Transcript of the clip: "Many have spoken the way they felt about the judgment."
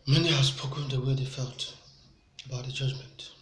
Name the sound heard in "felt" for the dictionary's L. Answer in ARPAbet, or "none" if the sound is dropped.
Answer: L